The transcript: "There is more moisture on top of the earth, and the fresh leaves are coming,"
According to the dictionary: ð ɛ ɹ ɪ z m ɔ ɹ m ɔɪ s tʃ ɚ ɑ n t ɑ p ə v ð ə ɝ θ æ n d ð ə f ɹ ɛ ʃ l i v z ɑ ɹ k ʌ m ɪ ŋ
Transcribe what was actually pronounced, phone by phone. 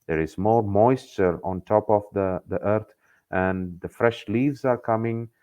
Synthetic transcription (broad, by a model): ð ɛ ɹ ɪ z m ɔ ɹ m ɔɪ s tʃ ɚ ɑ n t ɑ p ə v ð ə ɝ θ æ n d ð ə f ɹ ɛ ʃ l i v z ɑ ɹ k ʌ m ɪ ŋ